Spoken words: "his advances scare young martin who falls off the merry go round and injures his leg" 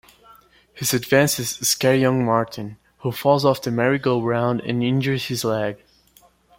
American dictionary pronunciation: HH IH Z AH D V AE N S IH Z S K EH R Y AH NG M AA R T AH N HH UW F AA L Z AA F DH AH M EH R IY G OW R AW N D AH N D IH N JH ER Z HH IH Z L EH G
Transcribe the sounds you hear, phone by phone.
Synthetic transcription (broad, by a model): HH IH Z AH D V AE N S IH Z S K EH R Y AH NG M AA R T N HH UW F AA L Z AA F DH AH M EH R IY G OW R AW N D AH N IH N JH ER Z HH IH Z L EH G